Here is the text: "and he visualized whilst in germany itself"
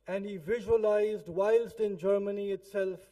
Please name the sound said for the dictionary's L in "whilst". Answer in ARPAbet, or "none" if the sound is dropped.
L